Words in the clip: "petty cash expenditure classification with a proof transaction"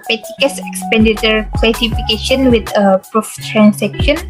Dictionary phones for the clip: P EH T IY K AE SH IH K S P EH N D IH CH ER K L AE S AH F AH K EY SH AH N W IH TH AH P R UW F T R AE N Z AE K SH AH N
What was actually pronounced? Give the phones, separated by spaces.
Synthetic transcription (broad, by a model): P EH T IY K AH S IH K S P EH N D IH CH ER K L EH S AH F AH K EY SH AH N W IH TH AH P R UW F T R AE N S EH K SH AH N